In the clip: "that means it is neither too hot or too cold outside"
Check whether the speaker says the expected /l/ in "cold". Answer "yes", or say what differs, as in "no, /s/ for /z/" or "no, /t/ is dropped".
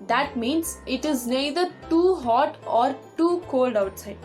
yes